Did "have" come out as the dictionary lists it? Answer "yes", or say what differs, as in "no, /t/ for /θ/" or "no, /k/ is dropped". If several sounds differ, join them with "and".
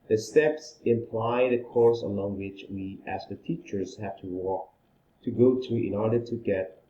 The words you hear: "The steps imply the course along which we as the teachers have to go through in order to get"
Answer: no, /w/ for /v/